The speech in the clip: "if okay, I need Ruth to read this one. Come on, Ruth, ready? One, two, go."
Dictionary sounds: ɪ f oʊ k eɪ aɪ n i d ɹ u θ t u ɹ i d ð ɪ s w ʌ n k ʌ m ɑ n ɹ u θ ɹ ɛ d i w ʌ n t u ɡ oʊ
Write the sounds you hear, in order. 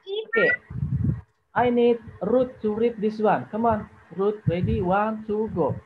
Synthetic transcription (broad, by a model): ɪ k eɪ aɪ n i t ɹ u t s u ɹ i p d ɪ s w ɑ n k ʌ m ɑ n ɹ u t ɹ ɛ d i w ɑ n s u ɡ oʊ